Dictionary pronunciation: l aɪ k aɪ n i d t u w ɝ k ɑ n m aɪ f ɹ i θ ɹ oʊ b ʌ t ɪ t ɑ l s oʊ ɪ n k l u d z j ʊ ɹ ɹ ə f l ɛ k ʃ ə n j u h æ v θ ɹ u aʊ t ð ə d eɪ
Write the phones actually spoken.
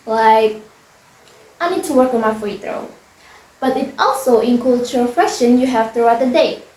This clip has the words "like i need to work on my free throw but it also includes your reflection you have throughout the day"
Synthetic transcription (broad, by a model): l aɪ k aɪ n i d t u w ɝ k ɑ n m aɪ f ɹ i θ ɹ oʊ b ʌ t ɪ t ɑ l s oʊ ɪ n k u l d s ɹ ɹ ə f ɛ ʃ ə n j u h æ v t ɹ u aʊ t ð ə d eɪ